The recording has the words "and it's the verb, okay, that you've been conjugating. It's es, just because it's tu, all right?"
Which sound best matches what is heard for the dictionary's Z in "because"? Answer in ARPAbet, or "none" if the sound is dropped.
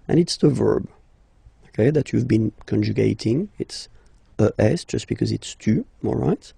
Z